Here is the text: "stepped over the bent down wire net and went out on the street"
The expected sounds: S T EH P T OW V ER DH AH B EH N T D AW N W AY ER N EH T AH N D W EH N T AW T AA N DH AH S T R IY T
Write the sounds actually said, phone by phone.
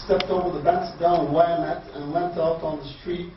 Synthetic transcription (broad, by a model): S T EH P T OW V ER DH AH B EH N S D AW N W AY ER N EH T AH N W EH N T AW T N DH AH S T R IY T